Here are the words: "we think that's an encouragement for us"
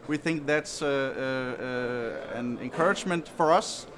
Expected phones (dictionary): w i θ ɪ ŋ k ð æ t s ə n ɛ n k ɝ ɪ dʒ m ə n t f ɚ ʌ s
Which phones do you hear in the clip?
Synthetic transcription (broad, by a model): w i θ ɪ ŋ k ð æ t s ə n ɛ n k ɝ ɪ dʒ m ə n t f ɚ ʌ s